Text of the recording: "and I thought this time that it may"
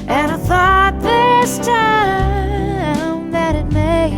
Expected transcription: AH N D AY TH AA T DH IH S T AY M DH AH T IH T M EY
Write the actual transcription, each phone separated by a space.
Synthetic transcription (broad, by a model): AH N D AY TH AA T DH IH S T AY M DH AH T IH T M EY